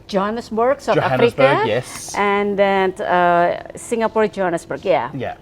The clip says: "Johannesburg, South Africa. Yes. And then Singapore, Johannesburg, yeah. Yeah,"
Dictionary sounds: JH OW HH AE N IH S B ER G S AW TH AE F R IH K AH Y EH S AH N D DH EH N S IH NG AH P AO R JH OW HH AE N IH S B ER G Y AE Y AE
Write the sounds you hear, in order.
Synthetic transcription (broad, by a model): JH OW N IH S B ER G S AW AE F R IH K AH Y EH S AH N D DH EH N S IH NG AH P AO R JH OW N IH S B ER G Y AE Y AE